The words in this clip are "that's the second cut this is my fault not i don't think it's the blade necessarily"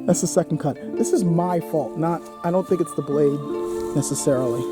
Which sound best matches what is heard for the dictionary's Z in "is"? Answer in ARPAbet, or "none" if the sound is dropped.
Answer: Z